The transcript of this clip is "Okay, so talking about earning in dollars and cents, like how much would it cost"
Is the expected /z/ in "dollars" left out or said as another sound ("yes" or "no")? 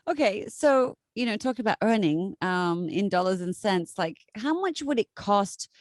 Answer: no